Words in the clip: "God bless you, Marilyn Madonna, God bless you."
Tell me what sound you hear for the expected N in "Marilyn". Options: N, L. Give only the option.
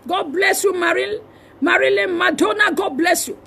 L